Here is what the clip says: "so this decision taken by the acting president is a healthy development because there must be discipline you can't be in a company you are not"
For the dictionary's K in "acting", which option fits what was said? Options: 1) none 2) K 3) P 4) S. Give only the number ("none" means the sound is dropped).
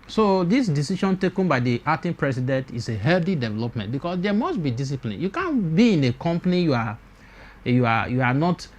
1